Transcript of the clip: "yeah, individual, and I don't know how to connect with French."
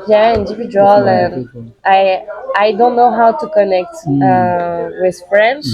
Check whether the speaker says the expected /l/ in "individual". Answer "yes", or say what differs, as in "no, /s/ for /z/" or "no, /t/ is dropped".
no, /n/ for /l/